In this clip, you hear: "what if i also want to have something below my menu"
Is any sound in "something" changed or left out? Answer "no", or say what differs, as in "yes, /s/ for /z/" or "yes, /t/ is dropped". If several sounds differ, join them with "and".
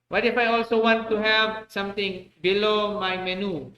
yes, /t/ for /θ/